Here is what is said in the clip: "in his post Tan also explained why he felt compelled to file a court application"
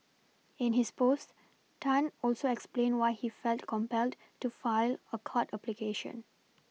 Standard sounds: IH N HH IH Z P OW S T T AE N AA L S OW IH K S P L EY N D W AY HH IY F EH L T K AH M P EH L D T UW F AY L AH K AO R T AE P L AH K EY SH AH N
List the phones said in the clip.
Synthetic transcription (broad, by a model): IH N HH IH S P OW S T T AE N AA L S OW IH K S P L EY N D W AY HH IY F EH L T K AH M P EH L D T UW F AY L AH K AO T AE P L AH K EY SH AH N